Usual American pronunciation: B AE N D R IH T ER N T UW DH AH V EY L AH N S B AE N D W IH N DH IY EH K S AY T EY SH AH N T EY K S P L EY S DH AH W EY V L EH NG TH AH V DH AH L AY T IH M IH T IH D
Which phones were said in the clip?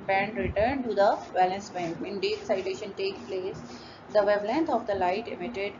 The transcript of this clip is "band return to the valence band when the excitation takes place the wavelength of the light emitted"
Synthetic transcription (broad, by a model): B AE N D R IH T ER N T UW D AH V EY L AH N S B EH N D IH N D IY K S AY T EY SH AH N T EY K P L EY S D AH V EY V L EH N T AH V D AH L AY T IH M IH T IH D